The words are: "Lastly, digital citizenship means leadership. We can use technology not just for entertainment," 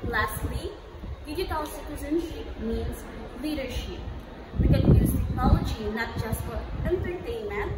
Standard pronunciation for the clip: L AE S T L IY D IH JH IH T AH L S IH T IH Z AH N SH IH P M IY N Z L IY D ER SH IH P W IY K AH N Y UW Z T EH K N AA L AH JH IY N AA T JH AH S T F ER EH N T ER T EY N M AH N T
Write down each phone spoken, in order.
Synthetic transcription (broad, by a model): L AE S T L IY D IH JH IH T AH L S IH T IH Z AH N S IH M IY N Z L IY D ER SH IH P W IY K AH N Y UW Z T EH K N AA L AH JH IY N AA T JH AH S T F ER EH N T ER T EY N M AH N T